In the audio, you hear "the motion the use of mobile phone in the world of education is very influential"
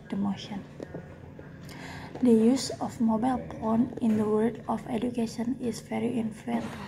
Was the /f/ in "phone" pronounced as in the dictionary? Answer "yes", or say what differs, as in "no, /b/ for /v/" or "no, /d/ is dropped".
no, /p/ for /f/